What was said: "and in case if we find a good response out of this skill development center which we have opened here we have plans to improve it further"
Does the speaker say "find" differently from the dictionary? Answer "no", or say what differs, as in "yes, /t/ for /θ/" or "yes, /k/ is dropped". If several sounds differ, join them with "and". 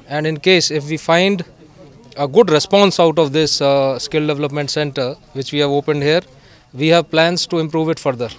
no